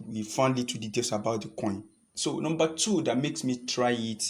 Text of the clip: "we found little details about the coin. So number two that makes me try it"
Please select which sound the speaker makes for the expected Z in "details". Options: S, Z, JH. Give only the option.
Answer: S